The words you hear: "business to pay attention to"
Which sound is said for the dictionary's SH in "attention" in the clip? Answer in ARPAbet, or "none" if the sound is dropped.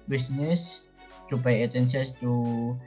S